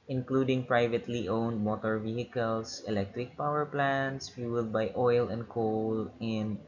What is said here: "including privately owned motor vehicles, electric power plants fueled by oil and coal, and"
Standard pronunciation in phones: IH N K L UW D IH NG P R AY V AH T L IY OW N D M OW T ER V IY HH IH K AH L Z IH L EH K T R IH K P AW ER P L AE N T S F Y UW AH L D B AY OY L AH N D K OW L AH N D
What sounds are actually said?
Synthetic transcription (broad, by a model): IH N K L UW D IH NG P R AY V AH T L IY OW N D M OW T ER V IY HH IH K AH L S IH L EH K T R IH K P AW ER P L AE N T S F Y UW L D B AY OY L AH N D K OW L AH N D